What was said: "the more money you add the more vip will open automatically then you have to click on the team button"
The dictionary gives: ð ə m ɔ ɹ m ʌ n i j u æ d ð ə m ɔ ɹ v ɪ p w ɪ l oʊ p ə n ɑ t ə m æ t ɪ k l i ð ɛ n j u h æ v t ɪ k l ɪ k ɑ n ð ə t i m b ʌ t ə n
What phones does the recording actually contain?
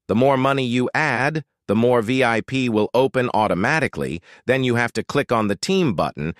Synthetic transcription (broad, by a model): ð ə m ɔ ɹ m ʌ n i j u æ d ð ə m ɔ ɹ v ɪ p w ɪ l oʊ p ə n ɑ t ə m æ t ɪ k l i ð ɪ n j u h æ f t ɪ k l ɪ k n ð ə t i m b ʌ t n